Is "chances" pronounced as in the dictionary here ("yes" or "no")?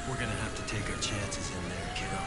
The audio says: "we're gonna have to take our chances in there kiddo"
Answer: yes